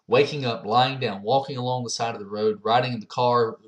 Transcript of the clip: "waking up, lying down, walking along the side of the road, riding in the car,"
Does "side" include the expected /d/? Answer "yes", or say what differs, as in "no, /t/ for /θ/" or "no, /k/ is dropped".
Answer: yes